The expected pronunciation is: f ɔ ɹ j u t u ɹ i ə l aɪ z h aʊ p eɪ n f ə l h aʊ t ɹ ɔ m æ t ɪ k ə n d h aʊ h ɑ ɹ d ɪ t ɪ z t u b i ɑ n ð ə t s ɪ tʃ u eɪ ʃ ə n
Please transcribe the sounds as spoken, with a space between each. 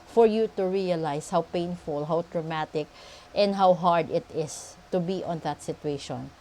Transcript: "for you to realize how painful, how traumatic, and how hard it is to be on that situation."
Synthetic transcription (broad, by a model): f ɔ ɹ j u t u ɹ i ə l aɪ s h aʊ p eɪ n f ə l h aʊ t ɹ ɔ m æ t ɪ k ə n d h aʊ h ɑ ɹ d ɪ t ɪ s t u b i ɑ n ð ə t s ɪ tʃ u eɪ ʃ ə n